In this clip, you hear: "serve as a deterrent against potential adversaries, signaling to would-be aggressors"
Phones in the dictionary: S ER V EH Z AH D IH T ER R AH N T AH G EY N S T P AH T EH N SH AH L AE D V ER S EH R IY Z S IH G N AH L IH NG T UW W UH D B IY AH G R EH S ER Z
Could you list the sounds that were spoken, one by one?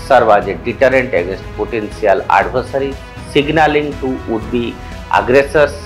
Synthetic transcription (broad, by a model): S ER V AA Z AH D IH T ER R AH N T AH G EY N S T P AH T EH N S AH L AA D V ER S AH R IY S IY G N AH L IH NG T UW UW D B IY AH G R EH S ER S